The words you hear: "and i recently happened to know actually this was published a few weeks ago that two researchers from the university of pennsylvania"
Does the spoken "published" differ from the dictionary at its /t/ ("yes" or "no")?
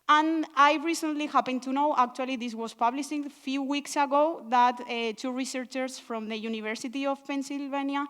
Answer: yes